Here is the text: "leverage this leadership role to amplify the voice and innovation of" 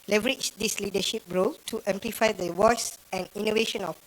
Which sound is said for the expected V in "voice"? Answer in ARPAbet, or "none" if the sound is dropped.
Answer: W